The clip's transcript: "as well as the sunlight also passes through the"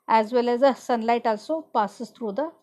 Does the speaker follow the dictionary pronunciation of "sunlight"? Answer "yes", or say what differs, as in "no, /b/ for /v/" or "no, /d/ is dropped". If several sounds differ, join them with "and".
yes